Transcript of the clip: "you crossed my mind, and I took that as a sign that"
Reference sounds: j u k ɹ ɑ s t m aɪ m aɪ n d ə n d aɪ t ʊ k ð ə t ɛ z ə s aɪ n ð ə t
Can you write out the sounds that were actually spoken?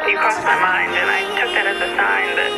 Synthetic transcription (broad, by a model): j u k ɑ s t m aɪ m aɪ n d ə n aɪ t ʊ k ð ə t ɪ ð ə s aɪ n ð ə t